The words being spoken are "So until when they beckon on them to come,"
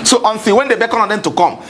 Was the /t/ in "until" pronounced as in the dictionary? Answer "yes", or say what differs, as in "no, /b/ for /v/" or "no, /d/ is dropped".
no, /s/ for /t/